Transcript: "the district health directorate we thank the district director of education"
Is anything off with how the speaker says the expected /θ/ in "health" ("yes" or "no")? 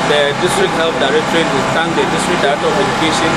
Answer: yes